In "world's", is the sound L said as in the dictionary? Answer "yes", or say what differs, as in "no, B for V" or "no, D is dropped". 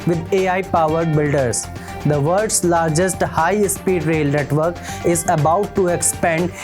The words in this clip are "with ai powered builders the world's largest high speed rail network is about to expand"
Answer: no, L is dropped